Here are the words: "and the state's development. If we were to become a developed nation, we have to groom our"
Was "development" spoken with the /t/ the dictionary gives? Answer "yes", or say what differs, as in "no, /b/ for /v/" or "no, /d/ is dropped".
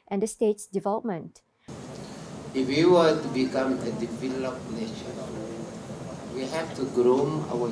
yes